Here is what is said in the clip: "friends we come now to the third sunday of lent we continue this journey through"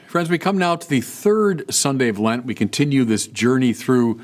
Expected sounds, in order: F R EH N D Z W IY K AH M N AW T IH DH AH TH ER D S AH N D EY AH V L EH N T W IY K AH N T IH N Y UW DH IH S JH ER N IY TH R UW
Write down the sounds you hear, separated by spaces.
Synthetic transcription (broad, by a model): F R EH N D Z W IY K AH M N AW T IH DH AH TH ER D S AH N D EY AH V L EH N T W IY K AH N T IH N Y UW DH IH S JH ER N IY TH R UW